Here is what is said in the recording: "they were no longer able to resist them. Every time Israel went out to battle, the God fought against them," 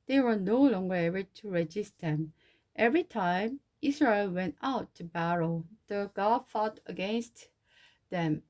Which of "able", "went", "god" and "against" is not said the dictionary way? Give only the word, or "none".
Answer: none